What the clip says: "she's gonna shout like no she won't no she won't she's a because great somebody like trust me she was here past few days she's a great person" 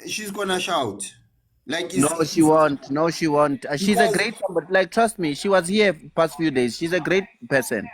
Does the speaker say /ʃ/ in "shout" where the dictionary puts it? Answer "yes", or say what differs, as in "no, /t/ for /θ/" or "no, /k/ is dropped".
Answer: yes